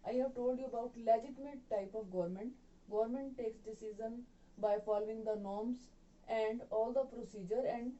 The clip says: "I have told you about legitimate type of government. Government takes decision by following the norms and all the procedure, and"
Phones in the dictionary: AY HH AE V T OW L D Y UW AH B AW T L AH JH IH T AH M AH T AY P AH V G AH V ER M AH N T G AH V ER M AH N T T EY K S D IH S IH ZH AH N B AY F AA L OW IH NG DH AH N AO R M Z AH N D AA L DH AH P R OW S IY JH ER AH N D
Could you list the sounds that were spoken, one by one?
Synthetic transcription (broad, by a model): AY HH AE V T OW L D Y UW AH B AW T L AH JH IH T AH M AH T AY P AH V G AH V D M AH N T G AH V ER M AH N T T EY K S D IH S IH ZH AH N B AY F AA L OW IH NG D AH N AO R M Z AH N D AA L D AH P R OW S IY JH ER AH N D